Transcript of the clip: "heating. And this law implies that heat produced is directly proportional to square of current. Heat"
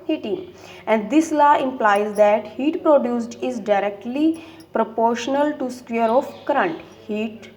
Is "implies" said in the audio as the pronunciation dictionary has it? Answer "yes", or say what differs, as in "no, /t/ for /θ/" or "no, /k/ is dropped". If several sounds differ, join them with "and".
yes